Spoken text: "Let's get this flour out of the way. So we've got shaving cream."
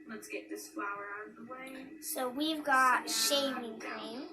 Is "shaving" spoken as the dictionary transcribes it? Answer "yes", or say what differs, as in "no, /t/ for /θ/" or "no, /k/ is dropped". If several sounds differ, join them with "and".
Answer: yes